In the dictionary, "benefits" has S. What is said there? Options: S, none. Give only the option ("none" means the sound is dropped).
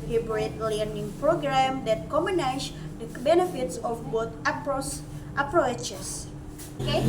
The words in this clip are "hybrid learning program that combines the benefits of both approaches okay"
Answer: S